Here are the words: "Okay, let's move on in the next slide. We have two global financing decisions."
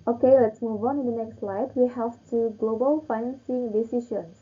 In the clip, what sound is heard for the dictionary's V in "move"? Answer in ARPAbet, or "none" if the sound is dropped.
V